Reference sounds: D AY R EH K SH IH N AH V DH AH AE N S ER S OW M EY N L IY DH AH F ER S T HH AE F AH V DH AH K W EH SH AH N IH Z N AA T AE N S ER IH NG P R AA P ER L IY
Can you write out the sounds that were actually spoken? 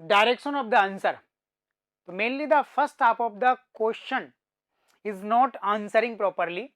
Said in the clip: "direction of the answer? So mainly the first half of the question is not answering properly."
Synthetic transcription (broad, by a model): D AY R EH K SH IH N AH V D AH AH N S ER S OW M EY N L IY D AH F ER S T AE P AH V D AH K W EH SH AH N IH Z N AA T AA N S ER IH NG P R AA P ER L IY